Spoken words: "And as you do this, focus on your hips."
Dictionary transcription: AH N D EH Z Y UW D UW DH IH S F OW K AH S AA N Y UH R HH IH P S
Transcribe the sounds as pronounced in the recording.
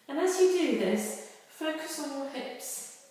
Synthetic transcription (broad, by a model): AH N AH Z Y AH D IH DH IH S F OW K AH S N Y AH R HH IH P S